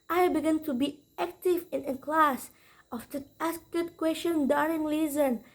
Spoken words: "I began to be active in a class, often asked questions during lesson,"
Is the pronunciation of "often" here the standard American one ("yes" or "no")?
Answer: no